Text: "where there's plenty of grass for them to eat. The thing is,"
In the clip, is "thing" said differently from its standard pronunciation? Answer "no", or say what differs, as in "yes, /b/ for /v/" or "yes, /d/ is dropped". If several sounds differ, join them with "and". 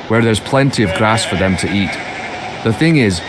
no